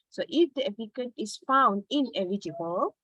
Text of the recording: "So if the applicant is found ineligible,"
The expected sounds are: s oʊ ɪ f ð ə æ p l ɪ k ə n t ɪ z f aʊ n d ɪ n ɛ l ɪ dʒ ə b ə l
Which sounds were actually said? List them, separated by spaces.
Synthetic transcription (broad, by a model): s oʊ ɪ f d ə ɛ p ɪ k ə t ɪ s f aʊ n d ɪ n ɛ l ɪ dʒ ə b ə l